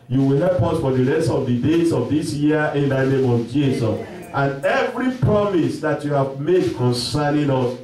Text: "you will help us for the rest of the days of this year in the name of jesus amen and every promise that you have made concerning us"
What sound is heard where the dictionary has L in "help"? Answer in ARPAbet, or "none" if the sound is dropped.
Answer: L